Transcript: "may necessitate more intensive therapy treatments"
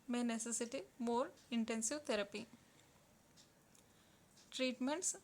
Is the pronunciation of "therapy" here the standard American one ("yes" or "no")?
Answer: no